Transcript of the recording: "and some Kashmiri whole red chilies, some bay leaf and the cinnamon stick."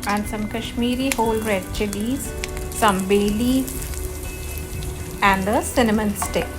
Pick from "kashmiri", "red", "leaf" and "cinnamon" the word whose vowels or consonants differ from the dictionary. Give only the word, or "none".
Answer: leaf